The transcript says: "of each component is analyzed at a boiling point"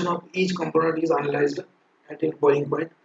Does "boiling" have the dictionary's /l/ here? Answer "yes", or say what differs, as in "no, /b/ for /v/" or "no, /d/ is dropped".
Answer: no, /l/ is dropped